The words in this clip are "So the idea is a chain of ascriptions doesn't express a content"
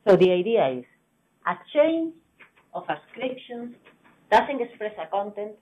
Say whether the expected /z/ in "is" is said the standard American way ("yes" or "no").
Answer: no